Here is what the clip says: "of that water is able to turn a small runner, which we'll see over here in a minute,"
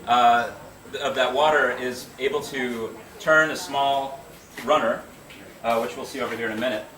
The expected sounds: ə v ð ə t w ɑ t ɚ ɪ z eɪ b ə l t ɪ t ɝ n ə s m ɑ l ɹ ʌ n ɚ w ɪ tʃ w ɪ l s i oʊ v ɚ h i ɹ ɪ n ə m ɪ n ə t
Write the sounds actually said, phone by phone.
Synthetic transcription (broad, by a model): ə v ð ə t w ɑ t ɚ ɪ z eɪ b l t ɪ t ɝ n ə s m ɑ l ɹ ʌ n ɚ w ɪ tʃ w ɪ l s i oʊ v ɚ h i ɹ ɪ n ə m ɪ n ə t